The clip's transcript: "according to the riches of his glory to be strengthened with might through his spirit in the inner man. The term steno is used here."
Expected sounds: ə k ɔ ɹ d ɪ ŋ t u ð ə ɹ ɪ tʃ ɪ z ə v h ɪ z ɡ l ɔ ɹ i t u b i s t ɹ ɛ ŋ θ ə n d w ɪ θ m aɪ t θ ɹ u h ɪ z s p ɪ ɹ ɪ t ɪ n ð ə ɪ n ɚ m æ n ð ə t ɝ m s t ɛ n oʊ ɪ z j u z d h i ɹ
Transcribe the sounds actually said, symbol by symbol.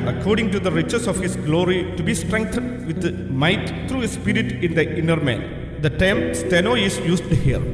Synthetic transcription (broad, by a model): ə k ɔ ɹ d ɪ ŋ t u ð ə ɹ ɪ tʃ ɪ s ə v h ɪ s ɡ l ɔ ɹ i t u b i s t ɹ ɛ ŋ t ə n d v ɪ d m aɪ t t ɹ u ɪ s p ɪ ɹ ɪ t ɪ n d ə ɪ n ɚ m æ n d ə t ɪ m s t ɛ n oʊ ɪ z j u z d h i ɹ